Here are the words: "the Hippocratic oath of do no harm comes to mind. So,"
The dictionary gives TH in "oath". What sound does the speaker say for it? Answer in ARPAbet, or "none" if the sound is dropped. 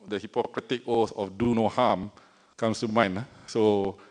S